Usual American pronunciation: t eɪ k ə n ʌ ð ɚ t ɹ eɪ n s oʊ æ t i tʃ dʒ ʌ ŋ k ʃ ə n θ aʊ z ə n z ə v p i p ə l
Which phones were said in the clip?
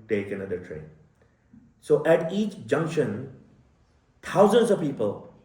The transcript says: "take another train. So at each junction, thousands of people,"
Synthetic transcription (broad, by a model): t eɪ k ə n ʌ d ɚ t ɹ eɪ n s oʊ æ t i tʃ dʒ ʌ ŋ k ʃ ə n t aʊ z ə n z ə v p i p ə l